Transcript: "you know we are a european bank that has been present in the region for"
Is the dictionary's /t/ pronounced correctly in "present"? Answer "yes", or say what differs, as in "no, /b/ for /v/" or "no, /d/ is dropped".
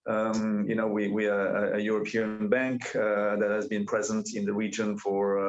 yes